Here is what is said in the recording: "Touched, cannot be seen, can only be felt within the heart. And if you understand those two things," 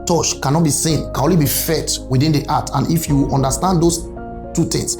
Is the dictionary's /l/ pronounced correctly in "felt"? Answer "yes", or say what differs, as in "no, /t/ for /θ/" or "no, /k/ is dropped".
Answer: no, /l/ is dropped